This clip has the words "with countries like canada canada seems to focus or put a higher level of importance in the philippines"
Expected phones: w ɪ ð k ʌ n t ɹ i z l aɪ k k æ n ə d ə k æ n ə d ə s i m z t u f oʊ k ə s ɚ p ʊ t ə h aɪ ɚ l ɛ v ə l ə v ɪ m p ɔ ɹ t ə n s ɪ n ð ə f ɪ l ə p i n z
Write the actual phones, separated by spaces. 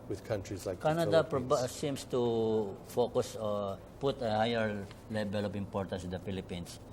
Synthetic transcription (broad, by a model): w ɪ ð k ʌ n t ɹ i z l aɪ k k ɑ n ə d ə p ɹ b s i m s t u f oʊ k ə s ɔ p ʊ t ə h aɪ ɚ l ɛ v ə l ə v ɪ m p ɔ ɹ t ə s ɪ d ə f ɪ l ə p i n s